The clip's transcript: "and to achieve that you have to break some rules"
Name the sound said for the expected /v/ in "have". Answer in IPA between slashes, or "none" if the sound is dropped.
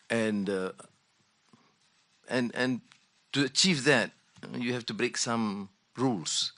/f/